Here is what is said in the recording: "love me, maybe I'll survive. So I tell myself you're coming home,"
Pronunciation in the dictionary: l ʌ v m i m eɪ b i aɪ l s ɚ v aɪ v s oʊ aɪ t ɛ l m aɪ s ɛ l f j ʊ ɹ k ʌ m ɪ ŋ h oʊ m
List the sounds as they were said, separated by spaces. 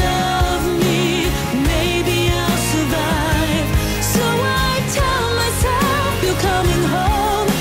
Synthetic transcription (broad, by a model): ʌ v m i m eɪ b i aɪ l s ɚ v aɪ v s oʊ aɪ t ɛ l m aɪ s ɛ f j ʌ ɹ k ʌ m ɪ ŋ h oʊ m